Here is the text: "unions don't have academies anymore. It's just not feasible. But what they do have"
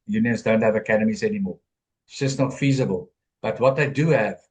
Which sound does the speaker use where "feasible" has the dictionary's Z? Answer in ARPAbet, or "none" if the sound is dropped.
Z